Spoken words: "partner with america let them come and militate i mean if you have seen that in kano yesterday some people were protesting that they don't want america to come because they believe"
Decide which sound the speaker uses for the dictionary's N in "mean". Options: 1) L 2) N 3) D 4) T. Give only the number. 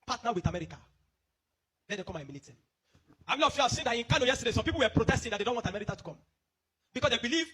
1